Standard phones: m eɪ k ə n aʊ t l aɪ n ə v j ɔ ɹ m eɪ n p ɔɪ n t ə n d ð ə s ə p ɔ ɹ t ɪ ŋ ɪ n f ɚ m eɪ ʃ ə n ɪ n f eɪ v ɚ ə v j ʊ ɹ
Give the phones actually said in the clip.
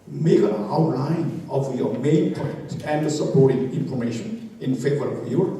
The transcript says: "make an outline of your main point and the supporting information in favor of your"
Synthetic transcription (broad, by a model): m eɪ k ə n aʊ t l aɪ n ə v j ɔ m eɪ n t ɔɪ t ə n d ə s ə p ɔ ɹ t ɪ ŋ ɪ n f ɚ m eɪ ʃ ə n ɪ n f eɪ v ɚ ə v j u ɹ